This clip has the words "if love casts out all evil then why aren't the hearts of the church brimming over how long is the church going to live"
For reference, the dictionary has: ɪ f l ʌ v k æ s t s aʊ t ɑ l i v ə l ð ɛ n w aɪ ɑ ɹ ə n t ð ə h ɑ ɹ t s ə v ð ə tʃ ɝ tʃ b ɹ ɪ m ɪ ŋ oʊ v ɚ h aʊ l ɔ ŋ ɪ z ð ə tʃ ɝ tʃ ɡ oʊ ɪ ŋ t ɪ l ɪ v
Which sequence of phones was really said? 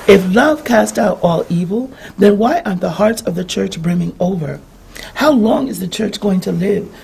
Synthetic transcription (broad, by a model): ɪ f l ʌ v k æ s t aʊ t ɑ l i v l ð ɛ n w aɪ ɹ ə t ð ə h ɑ ɹ t s ə v ð ə tʃ ɝ tʃ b ɹ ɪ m ɪ ŋ oʊ v ɚ h aʊ l ɔ ŋ ɪ z ð ə tʃ ɝ tʃ ɡ oʊ ɪ ŋ t ɪ l ɪ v